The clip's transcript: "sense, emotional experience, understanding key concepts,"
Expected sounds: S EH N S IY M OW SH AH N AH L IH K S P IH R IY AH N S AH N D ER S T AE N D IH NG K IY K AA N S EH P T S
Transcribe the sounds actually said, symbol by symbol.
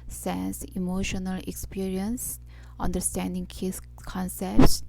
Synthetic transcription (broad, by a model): S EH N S IY M OW SH AH N AH L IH K S P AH R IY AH N S AH N D ER S T AE N D IH NG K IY K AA N S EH P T S